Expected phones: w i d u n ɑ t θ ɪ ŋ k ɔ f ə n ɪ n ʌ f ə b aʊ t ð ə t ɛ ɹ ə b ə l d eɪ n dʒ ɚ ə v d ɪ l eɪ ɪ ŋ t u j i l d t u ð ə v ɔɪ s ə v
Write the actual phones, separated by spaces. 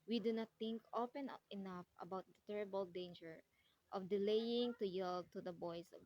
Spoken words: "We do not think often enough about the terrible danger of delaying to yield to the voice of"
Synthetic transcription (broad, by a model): w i d u n ɑ t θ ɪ ŋ k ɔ p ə n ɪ n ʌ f ə b aʊ t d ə t ɛ ɹ ə b ə l d eɪ n dʒ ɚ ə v d ɪ l eɪ ɪ ŋ t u j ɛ l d t u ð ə b ɔɪ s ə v